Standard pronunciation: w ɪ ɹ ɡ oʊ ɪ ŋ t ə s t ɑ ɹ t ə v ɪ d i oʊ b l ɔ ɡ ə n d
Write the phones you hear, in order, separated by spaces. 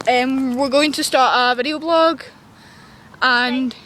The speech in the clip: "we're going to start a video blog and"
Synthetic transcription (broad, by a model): w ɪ ɹ ɡ oʊ ɪ ŋ t ə s t ɑ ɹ t ə v ɪ d i oʊ b l ɔ ɡ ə n